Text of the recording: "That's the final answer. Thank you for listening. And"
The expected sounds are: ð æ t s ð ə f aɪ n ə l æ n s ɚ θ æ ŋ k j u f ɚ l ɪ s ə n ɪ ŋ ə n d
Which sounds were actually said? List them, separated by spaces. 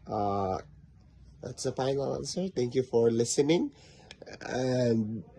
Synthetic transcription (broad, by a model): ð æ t s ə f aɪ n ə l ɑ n s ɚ t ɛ ŋ k j u f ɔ l ɪ s ə n ɪ ŋ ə n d